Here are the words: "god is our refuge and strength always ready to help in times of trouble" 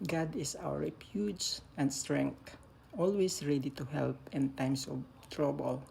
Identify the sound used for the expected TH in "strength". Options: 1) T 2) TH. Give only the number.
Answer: 1